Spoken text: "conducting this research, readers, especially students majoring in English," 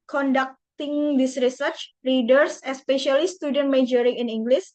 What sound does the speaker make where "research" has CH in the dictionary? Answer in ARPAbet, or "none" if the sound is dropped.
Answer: CH